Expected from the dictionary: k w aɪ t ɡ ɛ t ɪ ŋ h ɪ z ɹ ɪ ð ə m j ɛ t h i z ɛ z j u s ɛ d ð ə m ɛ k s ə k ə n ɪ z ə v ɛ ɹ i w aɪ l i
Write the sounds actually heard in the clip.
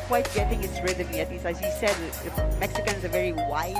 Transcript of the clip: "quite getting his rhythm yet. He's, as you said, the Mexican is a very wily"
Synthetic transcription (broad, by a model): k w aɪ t ɡ ɛ t ɪ ŋ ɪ s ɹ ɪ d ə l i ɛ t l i s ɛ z j u s ɛ d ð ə m ɛ k s ə k ə n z ə v ɛ ɹ i w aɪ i